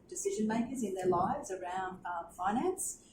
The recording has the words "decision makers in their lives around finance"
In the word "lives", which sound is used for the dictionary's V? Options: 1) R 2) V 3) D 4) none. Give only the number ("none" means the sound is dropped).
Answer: 2